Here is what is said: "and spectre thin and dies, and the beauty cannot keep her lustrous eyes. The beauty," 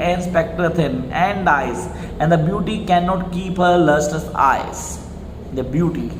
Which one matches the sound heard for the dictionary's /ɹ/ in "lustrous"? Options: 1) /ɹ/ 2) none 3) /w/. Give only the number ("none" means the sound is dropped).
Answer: 2